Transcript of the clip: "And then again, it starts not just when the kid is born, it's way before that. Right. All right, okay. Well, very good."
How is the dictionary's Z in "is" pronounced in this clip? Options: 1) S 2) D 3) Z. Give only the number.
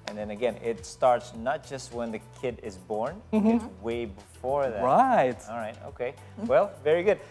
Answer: 3